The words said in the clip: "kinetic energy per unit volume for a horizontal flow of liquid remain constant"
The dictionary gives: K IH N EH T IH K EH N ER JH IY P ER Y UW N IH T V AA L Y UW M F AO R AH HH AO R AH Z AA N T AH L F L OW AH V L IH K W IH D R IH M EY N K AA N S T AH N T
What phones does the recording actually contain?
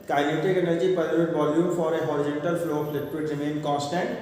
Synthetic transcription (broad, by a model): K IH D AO T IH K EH N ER JH IY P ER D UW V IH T V AA L Y UW M F AO R AH HH AO R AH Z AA N T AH L F L OW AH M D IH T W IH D R IH M EY N K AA N S T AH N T